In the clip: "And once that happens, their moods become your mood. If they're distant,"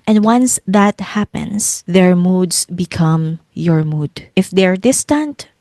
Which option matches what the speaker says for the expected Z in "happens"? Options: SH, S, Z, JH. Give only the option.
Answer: S